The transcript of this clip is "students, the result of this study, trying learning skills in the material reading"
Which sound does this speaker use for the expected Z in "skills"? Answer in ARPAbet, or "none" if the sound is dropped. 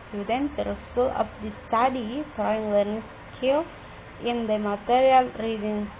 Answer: none